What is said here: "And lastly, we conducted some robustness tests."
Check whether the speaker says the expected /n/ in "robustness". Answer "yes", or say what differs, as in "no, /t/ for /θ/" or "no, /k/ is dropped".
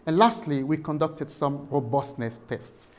yes